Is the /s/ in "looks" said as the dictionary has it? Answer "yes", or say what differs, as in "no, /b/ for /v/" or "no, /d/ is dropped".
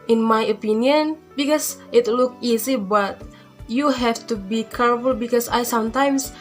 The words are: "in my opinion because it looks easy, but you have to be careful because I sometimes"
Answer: no, /s/ is dropped